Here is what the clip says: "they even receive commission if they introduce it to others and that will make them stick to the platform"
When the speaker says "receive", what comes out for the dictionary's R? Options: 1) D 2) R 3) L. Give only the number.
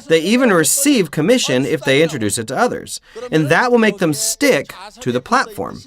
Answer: 2